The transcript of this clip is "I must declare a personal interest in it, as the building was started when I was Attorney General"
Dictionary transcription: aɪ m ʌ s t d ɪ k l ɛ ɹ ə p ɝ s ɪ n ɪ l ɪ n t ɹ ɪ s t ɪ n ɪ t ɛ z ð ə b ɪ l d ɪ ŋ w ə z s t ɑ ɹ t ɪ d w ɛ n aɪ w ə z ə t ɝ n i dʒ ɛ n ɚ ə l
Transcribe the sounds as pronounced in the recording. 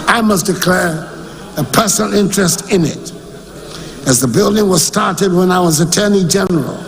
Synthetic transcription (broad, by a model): aɪ m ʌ s d ɪ k l ɛ ɹ ə p ɝ s n l ɪ n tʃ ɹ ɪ s t ɪ n ɪ t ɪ z ð ə b ɪ l d ɪ ŋ w ə z s t ɑ ɹ t ɪ d w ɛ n aɪ w ə z ə t ɝ n i dʒ ɛ n ɚ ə l